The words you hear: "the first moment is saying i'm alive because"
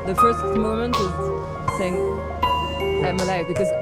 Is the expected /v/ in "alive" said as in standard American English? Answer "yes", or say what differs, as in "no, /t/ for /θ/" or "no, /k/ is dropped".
no, /f/ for /v/